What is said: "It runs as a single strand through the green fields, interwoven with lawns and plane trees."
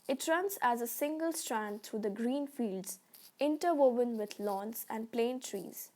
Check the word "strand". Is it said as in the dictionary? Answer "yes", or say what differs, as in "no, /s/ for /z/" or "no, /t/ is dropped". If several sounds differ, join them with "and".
yes